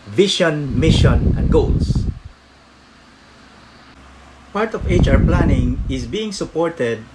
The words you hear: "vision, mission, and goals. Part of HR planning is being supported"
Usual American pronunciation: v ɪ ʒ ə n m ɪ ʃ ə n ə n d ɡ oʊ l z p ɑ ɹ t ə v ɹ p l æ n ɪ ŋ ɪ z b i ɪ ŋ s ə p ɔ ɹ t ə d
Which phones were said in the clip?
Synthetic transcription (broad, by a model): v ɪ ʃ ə n m ɪ ʃ ə n ə n d ɡ oʊ l s p ɑ ɹ t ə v ɹ p l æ n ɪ ŋ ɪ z b i ɪ ŋ s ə p ɔ ɹ t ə d